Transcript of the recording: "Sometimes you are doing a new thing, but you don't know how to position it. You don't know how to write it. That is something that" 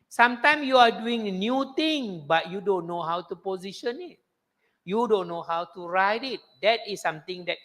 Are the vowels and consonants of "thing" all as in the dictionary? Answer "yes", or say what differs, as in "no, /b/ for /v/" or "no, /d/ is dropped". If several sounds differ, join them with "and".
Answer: no, /t/ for /θ/